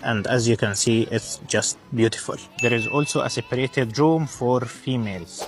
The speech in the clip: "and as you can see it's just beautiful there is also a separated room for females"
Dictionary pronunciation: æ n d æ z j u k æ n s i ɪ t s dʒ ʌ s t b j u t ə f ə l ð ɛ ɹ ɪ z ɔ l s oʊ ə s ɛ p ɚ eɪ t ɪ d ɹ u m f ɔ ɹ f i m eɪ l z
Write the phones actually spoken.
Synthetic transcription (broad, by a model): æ n d æ z j u k æ n s i ɪ t s dʒ ʌ s t b j u t ə f ə l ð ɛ ɹ ɪ z ɔ l s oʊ ə s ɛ p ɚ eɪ t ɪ d ɹ u m f ɔ ɹ f i m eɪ l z